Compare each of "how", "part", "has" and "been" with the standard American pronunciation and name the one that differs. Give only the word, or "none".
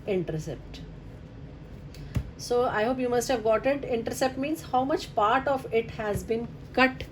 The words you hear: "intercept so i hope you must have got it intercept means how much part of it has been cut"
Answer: none